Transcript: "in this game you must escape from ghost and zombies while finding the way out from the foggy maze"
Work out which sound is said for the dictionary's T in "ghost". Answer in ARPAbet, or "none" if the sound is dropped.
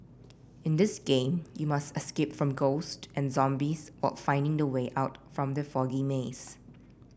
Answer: T